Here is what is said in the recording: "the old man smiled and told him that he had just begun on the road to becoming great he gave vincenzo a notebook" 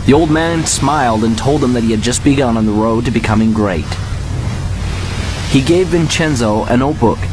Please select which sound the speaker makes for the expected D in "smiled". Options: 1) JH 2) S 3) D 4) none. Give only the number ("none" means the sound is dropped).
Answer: 3